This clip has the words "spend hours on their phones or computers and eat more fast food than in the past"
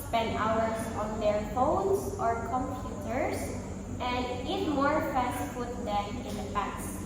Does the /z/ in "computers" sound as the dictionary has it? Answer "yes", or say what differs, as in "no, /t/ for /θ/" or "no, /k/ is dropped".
no, /s/ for /z/